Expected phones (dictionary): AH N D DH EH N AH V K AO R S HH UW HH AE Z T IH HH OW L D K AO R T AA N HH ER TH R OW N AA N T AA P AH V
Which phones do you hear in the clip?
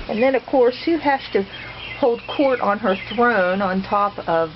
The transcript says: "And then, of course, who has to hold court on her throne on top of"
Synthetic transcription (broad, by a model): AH N DH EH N AH V K AO R S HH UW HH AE S T IH HH OW L D K AO R T N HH ER TH R OW N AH N T AA P AH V